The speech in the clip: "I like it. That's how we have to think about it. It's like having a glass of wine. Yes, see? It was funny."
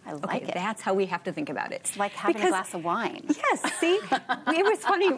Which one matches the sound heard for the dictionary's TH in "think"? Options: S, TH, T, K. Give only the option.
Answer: TH